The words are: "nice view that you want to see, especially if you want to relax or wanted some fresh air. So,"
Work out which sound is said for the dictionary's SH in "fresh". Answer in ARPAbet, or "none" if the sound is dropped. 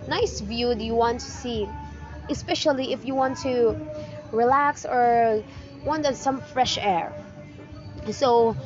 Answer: SH